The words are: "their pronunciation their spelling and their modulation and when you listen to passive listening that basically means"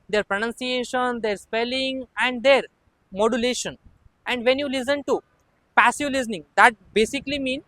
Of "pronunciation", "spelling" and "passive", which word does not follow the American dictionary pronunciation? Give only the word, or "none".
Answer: none